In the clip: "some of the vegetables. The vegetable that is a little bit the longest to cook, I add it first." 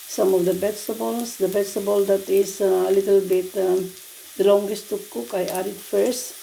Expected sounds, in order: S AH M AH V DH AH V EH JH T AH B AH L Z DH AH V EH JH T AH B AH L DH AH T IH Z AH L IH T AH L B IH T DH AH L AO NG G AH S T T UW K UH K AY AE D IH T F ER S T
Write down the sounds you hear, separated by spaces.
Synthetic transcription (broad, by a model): S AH M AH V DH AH B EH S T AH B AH L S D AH B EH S T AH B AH L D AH T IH S AH L IH T AH L B IH T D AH L AO NG G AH S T T UW K UH K AY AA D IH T F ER S T